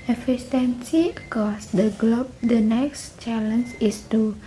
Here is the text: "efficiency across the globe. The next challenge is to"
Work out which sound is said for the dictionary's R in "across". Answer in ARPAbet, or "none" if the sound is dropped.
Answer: none